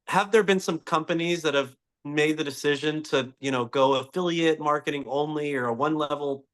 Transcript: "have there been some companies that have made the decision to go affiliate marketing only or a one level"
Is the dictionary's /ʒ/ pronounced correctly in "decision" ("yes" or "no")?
yes